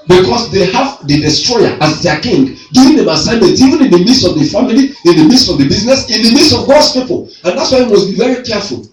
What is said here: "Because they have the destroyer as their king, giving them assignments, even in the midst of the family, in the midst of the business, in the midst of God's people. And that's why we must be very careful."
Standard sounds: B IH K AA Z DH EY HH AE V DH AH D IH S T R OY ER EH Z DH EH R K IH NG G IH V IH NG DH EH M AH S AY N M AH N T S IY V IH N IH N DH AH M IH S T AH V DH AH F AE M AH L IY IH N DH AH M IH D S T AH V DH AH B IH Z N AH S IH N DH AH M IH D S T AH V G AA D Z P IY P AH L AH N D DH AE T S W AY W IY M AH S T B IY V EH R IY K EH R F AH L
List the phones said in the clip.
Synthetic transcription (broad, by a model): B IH K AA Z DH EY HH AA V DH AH D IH S T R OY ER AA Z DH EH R K IH NG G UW IH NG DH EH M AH S AY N M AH N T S IY V IH N IH N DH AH M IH S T AH V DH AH F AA M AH L IY IH N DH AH M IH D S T AH V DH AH B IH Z N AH S IH N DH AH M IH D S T AH V G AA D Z P IY P AH L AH N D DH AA T S W AY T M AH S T B IY V EH R IY K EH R F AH L